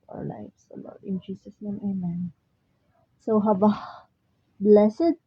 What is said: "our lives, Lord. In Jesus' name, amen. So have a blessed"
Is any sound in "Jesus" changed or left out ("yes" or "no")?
yes